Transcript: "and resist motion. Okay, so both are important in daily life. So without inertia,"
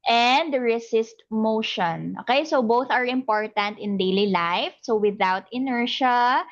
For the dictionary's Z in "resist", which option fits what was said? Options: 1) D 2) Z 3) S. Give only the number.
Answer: 3